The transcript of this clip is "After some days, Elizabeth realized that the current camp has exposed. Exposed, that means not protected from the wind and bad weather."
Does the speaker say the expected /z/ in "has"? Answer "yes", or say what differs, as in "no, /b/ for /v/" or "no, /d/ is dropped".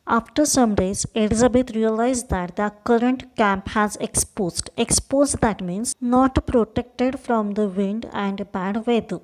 yes